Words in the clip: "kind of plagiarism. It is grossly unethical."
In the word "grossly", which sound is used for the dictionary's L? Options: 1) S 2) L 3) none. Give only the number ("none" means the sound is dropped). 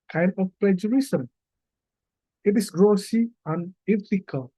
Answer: 3